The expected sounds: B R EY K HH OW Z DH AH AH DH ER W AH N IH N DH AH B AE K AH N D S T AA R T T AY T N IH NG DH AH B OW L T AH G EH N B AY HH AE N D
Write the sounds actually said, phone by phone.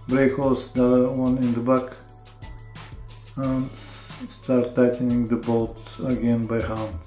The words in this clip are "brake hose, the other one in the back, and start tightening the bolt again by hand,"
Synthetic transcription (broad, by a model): B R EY K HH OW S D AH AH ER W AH N IH N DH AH B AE K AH N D S T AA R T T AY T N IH NG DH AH B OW T AH G EH N B AY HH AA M